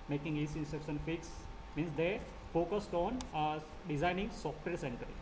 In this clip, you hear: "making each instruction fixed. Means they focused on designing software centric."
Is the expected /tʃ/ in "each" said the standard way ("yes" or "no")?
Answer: no